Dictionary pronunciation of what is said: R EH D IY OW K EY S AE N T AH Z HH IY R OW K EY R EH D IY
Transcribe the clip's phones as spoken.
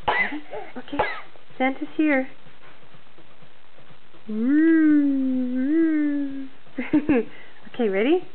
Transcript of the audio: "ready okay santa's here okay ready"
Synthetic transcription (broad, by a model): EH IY OW K EY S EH N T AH S HH IY R OW K EY R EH D IY